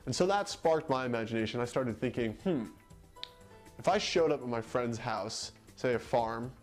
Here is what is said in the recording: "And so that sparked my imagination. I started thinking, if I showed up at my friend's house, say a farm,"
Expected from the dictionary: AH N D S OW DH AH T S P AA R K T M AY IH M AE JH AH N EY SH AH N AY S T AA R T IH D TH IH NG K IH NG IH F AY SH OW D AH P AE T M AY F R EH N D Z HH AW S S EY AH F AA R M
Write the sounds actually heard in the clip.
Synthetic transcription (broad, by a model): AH N S OW DH AH T S P AA R K T M AY IH M AE JH AH N EY SH AH N AY S T AA R T IH D TH IH NG K IH NG IH F AY SH OW D AH P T M AY F R EH N D Z HH AW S S EY AH F AA R M